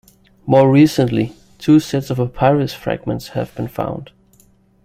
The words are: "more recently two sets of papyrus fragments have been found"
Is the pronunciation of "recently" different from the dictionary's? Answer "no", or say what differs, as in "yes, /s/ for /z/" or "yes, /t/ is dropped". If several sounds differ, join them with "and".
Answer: no